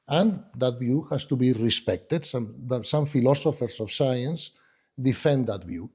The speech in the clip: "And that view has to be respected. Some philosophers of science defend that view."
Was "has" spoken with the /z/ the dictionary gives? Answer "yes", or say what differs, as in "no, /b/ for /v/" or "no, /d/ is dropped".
no, /s/ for /z/